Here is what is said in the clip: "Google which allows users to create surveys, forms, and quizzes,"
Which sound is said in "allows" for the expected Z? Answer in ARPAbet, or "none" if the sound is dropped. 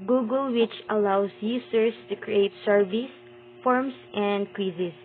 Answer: S